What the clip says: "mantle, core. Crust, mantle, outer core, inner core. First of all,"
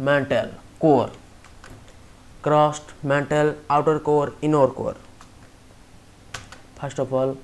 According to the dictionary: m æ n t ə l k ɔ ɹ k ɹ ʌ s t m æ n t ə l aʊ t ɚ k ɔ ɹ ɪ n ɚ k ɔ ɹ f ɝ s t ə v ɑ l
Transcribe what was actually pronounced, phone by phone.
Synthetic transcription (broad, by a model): m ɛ n t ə l k ɔ ɹ k ɹ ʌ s t m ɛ n t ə l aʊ t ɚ k ɔ ɹ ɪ n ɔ k ɔ ɹ p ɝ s t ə p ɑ l